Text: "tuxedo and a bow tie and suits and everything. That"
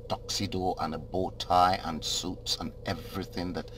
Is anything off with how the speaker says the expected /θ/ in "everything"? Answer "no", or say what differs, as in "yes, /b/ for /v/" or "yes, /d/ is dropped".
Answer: no